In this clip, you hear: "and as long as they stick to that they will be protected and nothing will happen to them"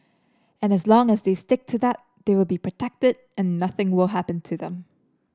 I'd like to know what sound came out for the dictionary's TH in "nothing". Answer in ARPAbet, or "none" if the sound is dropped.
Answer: TH